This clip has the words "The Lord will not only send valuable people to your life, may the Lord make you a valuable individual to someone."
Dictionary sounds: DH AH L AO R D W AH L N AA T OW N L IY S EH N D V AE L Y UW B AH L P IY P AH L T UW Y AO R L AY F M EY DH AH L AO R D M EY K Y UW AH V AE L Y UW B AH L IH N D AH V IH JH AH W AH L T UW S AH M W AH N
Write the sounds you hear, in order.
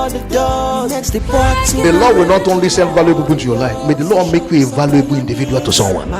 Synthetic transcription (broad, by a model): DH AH L AO W AH L N AA T OW N L IY S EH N V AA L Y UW AH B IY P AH N T UW Y AO L AY F M EY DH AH L AO M EY K Y UW AH V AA L Y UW B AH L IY N D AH V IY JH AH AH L T UW S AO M W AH N